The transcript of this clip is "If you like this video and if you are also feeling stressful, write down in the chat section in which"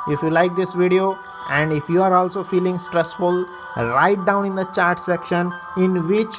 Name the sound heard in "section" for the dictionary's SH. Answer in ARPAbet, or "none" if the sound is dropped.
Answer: SH